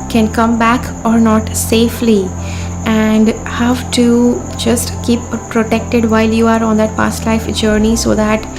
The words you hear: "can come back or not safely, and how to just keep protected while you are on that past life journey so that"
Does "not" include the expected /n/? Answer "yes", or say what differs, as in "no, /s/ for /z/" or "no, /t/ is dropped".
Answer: yes